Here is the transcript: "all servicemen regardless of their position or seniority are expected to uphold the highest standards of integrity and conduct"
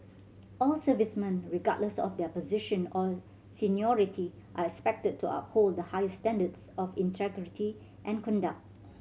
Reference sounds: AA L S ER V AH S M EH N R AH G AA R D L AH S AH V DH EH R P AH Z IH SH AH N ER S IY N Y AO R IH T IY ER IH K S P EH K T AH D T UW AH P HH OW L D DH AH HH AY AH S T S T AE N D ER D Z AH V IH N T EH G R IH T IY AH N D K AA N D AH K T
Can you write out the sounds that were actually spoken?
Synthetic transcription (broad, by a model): AA L S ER V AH S M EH N R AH G AA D L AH S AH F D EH P AH Z IH SH AH N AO S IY N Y AO R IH T IY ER IH K S P EH K T AH D T UW AH P HH OW L D AH HH AY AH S S T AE N D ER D S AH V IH N T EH G R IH T IY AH N K AA N D AH K T